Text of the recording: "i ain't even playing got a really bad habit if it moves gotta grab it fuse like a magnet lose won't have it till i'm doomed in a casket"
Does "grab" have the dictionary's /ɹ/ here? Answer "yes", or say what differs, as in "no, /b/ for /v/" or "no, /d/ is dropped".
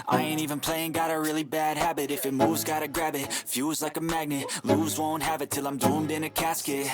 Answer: yes